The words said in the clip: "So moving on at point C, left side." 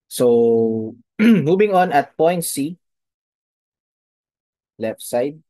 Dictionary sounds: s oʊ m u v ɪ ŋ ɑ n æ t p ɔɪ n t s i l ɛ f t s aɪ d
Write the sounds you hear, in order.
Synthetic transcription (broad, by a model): s oʊ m u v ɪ ŋ ɑ n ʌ t p ɔɪ n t s i l ɛ f t s aɪ d